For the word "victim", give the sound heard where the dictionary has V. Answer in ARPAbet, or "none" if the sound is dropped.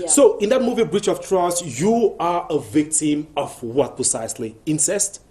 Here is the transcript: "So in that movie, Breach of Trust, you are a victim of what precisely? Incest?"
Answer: V